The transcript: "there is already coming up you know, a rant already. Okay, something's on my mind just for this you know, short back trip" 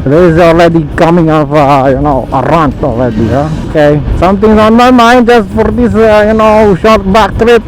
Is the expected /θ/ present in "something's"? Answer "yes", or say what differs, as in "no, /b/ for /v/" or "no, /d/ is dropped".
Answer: no, /t/ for /θ/